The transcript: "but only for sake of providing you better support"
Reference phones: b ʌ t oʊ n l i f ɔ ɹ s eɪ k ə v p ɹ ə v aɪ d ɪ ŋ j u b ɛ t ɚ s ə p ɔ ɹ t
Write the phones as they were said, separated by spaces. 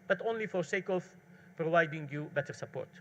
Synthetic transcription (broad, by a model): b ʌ t oʊ n l i f ɔ ɹ s eɪ k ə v p ɹ ə v aɪ d ɪ ŋ j u b ɛ t ɚ s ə p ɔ ɹ t